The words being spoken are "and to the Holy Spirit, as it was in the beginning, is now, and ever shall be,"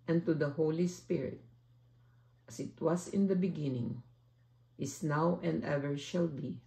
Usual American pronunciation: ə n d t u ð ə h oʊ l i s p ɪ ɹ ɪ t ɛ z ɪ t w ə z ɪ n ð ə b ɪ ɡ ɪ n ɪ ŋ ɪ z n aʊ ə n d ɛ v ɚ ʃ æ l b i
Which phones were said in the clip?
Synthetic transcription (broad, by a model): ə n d t u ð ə h oʊ l i s p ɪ ɹ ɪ t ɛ s ɪ t w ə s ɪ n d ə b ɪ ɡ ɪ n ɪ ŋ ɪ s n aʊ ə n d ɛ v ɚ ʃ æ l b i